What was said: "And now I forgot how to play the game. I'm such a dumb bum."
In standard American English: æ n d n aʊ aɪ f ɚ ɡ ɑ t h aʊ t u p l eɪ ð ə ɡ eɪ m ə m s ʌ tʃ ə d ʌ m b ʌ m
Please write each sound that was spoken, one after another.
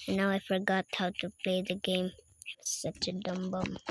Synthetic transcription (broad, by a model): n n aʊ aɪ f ɚ ɡ ɑ t h aʊ t u p l eɪ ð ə ɡ eɪ ə m s ʌ tʃ ə d ʌ m b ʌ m